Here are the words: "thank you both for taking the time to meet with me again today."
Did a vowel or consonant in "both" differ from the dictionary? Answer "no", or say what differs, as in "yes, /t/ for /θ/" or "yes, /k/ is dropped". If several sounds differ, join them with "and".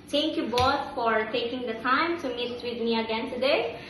yes, /t/ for /θ/